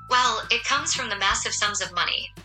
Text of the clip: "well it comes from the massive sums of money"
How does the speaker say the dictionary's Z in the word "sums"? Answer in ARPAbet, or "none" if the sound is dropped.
Z